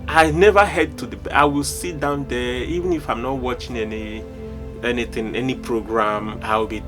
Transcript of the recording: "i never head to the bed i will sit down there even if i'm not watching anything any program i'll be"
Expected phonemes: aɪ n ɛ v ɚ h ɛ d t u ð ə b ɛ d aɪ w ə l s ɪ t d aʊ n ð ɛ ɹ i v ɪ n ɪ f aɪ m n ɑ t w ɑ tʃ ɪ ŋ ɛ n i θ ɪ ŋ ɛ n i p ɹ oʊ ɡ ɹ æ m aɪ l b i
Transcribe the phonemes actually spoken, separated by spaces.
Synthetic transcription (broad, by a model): aɪ n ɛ v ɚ h ɛ d t u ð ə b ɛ aɪ w ə l s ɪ t d aʊ n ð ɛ i v ɪ n ɪ f aɪ m n ɑ t w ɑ tʃ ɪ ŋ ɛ n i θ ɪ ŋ ɛ n i p ɹ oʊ ɡ ɹ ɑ m aɪ w b i